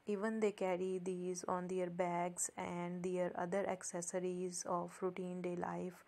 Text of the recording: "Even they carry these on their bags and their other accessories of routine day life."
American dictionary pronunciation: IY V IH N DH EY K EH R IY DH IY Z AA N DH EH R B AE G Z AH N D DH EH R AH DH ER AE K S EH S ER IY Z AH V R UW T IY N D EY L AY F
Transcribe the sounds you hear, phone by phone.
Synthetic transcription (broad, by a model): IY V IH N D EY K EH R IY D IY Z AA N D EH R B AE G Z AH N D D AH R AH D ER AE K S EH S ER IY Z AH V R UW T IY N D EY L AY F